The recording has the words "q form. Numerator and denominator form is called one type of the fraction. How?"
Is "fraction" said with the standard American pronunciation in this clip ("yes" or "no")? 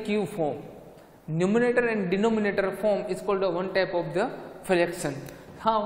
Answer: no